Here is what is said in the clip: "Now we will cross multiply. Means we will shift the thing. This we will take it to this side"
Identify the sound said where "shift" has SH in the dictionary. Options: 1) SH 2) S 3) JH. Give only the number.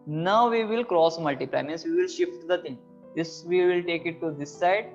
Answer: 1